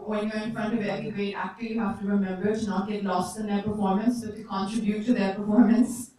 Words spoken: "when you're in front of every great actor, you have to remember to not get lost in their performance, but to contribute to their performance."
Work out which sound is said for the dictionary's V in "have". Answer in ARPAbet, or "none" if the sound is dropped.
F